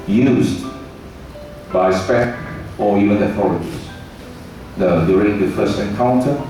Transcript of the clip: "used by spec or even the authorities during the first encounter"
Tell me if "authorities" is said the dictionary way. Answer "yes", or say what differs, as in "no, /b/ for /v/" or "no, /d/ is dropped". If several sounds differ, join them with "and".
no, /z/ is dropped